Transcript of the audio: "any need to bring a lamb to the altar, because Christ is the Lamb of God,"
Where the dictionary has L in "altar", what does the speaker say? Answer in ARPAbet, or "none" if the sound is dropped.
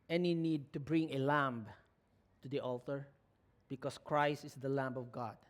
L